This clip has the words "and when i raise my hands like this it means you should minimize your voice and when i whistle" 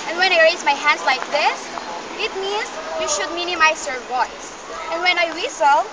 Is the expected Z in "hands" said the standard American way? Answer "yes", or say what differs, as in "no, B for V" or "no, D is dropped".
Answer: no, S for Z